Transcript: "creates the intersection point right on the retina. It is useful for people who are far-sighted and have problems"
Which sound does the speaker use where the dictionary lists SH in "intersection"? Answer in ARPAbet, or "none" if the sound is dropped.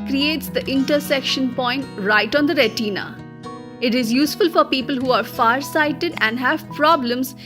SH